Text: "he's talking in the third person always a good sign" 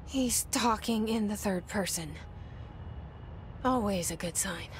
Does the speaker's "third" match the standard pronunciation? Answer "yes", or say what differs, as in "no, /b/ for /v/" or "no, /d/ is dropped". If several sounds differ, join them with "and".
yes